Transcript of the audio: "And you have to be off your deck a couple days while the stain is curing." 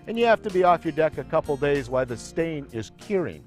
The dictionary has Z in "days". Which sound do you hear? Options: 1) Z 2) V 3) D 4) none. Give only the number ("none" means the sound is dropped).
1